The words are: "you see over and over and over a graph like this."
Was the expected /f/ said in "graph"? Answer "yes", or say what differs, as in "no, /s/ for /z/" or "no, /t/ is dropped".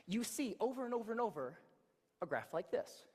yes